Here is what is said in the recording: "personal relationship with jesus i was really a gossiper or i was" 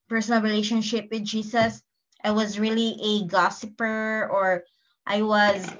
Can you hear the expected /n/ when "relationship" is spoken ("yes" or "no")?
yes